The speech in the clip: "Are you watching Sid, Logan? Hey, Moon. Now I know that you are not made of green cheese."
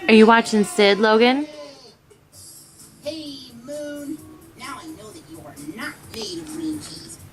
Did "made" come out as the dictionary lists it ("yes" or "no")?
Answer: no